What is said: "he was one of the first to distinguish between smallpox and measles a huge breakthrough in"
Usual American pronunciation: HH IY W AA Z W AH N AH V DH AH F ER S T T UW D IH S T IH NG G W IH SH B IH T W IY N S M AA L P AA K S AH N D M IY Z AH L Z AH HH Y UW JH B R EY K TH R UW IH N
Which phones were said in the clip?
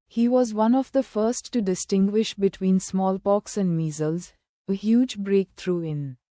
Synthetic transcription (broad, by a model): HH IY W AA Z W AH N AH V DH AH F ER S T T UW D IH S T IH NG G W IH SH B IH T W IY N S M AA L P AA K S AH N D M IY Z AH L Z AH HH Y UW JH B R EY K T R UW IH N